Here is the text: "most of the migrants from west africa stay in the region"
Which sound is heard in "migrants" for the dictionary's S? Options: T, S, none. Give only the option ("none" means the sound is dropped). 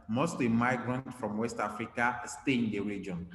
none